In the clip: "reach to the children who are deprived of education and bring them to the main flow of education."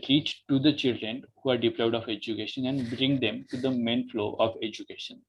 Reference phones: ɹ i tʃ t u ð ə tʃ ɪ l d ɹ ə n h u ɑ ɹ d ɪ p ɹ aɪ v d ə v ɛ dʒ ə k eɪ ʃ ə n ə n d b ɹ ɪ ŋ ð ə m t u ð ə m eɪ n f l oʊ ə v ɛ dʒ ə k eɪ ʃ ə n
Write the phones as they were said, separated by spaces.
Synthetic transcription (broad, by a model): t i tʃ t u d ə tʃ ɪ l d ɹ ə n h u ɑ ɹ d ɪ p l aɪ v d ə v ɛ dʒ ə k eɪ ʃ ə n ə n d b ɹ ɪ ŋ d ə m t u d ə m eɪ n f l oʊ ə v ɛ dʒ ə k eɪ ʃ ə n